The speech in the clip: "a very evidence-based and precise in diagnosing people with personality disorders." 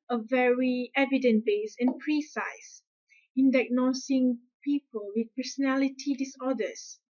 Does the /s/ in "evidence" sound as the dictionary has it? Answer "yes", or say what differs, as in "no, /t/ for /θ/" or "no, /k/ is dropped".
no, /s/ is dropped